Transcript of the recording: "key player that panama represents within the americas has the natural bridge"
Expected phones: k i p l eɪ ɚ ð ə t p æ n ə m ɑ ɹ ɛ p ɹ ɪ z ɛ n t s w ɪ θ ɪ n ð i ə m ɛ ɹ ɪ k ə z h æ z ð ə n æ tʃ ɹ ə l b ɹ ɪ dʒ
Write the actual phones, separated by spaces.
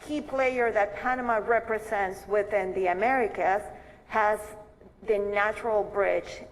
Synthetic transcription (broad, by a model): k i p l eɪ ɚ ð ə t p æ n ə m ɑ ɹ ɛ p ɹ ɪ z ɛ n t s w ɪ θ ɪ n ð i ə m ɛ ɹ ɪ k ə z h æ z ð ə n æ tʃ ɹ ə l b ɹ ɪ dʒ